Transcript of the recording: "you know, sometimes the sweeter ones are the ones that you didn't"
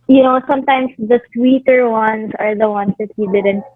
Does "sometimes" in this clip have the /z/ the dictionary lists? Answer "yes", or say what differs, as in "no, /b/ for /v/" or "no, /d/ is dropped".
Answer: no, /s/ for /z/